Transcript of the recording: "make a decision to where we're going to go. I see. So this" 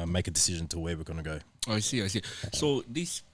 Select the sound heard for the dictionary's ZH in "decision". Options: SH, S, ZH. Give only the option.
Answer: ZH